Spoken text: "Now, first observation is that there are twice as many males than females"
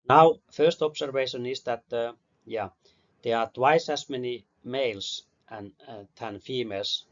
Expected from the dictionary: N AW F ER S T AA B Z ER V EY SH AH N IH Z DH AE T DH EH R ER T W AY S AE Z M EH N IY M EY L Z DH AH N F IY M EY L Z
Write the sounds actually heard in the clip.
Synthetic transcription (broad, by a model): N AW F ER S T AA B S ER V EY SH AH N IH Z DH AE T DH EH R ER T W AY S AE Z M EH N IY M EY L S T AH N F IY M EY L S